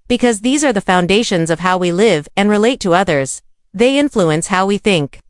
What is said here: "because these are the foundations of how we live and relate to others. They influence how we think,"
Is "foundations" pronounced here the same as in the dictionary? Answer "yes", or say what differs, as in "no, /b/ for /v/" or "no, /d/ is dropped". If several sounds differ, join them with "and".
yes